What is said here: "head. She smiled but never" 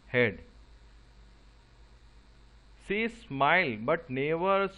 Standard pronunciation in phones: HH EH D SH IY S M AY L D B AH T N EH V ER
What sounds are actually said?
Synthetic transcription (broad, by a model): HH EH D S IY S M AY L B AH T N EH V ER